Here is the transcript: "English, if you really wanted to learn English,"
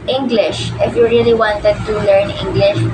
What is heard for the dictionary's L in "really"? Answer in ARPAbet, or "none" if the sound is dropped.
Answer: L